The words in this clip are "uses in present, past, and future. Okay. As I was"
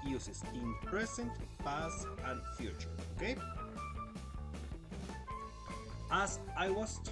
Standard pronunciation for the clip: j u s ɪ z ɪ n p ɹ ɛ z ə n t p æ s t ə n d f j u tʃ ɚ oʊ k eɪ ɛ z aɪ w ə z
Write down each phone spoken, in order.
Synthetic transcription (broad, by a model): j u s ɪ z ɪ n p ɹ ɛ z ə n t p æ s ə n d f j u tʃ ɚ oʊ k eɪ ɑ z aɪ w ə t